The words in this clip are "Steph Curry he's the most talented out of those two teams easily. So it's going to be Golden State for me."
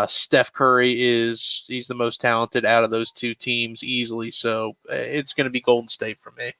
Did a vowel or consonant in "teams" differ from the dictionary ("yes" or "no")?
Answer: no